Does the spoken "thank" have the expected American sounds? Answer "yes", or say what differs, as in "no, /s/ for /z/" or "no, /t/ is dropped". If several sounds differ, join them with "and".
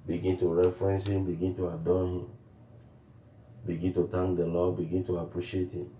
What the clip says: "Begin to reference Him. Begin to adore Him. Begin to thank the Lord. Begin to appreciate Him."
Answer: no, /t/ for /θ/